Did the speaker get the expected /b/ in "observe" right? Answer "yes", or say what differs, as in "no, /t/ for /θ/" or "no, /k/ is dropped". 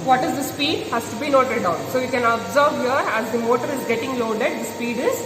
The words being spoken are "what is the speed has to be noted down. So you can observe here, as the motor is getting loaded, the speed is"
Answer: yes